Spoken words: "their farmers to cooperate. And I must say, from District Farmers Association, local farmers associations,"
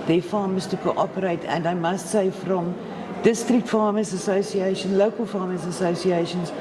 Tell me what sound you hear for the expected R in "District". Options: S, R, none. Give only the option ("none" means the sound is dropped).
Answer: R